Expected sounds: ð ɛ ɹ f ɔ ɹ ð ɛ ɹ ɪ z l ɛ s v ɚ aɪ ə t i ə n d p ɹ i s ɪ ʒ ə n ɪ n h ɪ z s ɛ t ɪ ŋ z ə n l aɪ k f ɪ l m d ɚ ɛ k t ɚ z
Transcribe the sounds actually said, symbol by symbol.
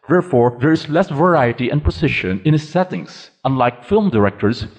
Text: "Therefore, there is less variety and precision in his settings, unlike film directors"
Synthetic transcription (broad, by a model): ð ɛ ɹ f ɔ ɹ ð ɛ ɹ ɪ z l ɛ s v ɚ aɪ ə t i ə n p i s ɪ ʃ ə n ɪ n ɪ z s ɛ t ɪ ŋ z ə n l aɪ k f ɪ l m d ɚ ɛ k t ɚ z